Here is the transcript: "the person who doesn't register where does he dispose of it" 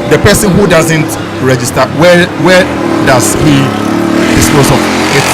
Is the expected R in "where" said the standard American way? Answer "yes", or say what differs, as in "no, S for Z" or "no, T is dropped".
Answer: no, W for R